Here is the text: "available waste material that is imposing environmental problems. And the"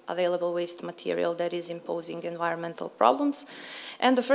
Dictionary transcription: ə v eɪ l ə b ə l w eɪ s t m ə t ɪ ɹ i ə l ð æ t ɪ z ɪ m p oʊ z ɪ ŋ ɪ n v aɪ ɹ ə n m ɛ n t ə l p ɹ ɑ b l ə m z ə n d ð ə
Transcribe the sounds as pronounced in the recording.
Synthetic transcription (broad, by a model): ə v eɪ l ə b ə l w eɪ s t m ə t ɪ ɹ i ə l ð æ t ɪ z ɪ m p oʊ z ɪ ŋ ɪ n v aɪ ɹ ə n m ɛ n t ə l p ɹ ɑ b l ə m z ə n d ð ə